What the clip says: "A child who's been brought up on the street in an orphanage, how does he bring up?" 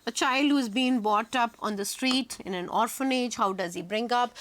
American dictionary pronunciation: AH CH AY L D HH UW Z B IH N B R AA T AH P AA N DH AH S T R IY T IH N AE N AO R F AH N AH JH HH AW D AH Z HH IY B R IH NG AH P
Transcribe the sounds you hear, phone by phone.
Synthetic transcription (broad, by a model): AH CH AY L D HH UW Z B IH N B AA T AH P AA N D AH S T R IY T IH N AE N AO R F AH N AH JH HH AW D AH Z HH IY B R IH NG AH P